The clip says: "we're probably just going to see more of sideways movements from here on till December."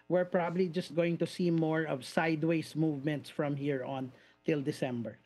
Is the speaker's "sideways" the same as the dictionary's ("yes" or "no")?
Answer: no